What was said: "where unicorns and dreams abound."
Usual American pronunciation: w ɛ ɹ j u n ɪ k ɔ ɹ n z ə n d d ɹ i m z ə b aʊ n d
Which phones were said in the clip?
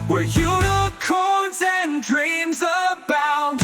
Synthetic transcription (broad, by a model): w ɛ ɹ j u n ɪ k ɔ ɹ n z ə n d d ɹ i m z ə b aʊ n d